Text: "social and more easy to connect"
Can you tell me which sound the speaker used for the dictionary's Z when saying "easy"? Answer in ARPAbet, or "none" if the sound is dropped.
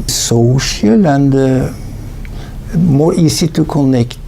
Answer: S